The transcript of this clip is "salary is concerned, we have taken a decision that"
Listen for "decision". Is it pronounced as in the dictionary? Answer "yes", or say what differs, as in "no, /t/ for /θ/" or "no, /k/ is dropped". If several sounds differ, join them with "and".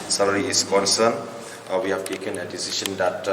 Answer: no, /ʃ/ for /ʒ/